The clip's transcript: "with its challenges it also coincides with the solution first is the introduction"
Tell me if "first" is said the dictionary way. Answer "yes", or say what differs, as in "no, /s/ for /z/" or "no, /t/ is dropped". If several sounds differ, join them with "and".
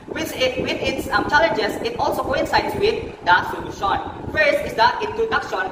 no, /t/ is dropped